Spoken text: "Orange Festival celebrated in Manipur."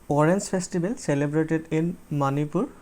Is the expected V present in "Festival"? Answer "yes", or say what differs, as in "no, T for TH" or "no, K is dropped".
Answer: no, B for V